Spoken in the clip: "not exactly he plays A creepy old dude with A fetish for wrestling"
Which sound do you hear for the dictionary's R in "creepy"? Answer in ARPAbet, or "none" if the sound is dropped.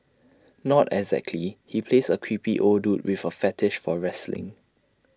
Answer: W